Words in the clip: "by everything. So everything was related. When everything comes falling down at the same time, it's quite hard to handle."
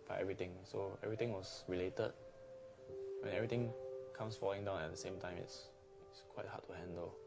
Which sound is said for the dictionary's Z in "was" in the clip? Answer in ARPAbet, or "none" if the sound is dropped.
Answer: S